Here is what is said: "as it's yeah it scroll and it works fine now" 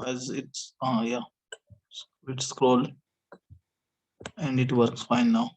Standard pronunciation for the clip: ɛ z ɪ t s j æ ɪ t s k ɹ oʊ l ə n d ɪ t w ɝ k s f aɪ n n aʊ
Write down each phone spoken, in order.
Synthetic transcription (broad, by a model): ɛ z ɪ t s j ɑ ɪ t s k ɹ oʊ l ə n d ɪ t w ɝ k s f aɪ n n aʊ